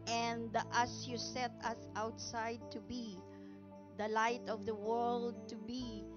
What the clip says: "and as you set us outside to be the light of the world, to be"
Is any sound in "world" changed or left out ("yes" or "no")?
no